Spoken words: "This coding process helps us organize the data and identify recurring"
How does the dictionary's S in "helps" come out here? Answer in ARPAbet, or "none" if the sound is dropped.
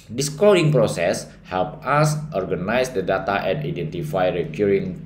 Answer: none